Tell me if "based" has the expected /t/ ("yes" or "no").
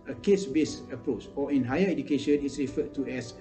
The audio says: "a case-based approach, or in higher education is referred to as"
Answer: no